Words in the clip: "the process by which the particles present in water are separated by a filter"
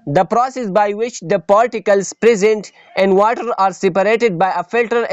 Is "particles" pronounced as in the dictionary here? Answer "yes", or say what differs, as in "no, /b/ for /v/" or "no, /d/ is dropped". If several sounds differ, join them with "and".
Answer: no, /l/ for /ɹ/